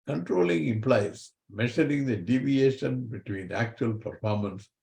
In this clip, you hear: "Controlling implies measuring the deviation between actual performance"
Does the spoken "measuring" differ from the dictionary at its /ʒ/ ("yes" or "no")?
yes